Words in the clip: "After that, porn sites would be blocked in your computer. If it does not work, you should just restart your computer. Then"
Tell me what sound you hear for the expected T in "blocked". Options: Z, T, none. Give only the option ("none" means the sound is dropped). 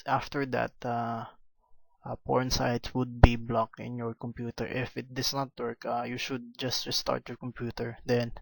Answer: none